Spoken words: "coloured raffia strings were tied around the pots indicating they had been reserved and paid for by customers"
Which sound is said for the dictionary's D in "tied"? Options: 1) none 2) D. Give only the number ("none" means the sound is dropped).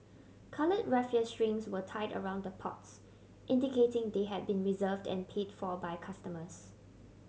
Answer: 2